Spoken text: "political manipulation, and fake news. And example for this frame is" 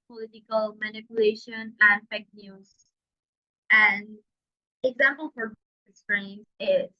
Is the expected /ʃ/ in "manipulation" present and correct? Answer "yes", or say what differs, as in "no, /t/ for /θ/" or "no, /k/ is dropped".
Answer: yes